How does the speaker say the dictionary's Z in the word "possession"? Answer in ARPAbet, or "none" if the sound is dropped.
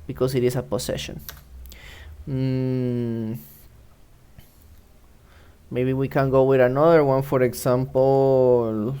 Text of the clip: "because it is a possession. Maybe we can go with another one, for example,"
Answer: S